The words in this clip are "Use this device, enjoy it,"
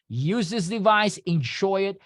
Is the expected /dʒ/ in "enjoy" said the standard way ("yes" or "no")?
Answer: no